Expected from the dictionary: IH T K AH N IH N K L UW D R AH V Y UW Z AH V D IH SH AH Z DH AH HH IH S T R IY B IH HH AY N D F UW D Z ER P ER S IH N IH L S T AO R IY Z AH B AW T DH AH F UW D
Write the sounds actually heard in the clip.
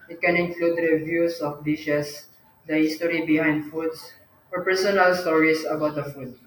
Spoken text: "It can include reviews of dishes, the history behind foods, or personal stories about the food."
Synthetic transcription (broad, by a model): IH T K AH N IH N K L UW D R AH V Y UW S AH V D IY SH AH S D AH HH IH S T R IY B IH HH AY N D F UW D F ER P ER S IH N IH L S T AO R IY S AH B AW T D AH F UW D